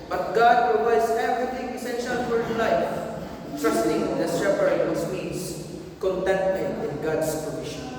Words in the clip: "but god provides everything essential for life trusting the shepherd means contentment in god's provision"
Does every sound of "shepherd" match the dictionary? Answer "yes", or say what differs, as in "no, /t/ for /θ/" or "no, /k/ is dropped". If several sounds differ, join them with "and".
no, /s/ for /ʃ/